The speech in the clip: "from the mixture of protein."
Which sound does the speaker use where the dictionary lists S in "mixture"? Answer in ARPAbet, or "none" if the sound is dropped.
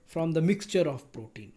S